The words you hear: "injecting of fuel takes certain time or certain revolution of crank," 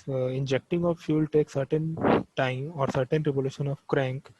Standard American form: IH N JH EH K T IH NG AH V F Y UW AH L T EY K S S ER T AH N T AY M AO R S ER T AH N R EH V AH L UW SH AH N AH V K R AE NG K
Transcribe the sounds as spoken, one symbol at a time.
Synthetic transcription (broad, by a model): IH N JH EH K T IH NG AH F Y Y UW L T EY K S S ER T AH N T AY M AO R S ER T AH N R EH P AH L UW SH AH N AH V K R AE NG K